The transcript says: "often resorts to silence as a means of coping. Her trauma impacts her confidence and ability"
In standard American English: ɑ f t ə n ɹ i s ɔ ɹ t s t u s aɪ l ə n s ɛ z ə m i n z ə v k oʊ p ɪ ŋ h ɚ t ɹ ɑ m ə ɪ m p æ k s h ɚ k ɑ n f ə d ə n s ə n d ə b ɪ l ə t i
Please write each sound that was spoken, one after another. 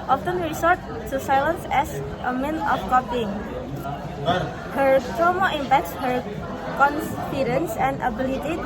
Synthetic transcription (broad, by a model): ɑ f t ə n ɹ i s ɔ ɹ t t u s aɪ l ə n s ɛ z ə m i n ə f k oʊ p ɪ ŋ h ɚ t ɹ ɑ m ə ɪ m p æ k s h ɚ k ɑ n f ə d ə n s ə n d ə b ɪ l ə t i